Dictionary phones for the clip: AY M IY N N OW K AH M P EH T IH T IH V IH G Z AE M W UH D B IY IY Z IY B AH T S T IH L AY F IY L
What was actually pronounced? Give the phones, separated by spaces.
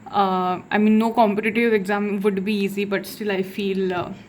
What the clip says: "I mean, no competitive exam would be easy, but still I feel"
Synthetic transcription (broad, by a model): AY M IY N N OW K AH M P EH T IH T IH V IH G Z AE M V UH D B IY IY Z IY B AH T S T IH L AY F IY L